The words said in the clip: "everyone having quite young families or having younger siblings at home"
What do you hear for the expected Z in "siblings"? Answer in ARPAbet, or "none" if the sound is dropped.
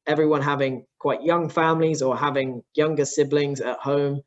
Z